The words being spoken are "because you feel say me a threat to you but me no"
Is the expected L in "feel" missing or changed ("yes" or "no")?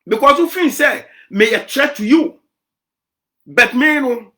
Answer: yes